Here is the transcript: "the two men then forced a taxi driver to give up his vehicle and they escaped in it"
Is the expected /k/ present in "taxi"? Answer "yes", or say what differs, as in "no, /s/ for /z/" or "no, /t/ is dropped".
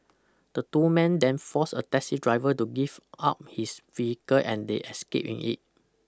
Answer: no, /k/ is dropped